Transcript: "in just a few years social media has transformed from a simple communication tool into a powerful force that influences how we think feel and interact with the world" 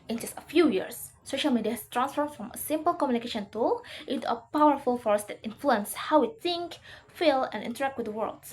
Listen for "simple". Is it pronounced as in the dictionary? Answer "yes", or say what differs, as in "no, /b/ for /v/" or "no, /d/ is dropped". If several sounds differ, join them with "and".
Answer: yes